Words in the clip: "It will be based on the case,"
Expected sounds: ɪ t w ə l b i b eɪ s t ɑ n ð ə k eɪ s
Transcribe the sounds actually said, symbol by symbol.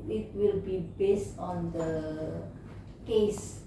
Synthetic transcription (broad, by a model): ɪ t w ə l b i b eɪ s t ɑ n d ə k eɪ s